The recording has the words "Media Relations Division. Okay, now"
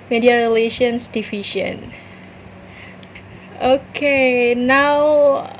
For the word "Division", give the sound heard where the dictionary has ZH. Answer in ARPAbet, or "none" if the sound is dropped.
SH